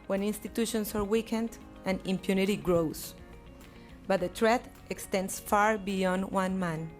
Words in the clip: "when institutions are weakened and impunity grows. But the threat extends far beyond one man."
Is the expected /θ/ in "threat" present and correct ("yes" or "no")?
no